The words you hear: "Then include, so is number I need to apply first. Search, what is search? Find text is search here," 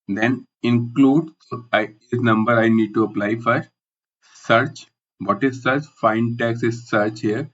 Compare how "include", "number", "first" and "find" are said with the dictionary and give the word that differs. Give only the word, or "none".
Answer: first